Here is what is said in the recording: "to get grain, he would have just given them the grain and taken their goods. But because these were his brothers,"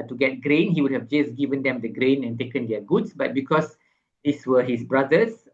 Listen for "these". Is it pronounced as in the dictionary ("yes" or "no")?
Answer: no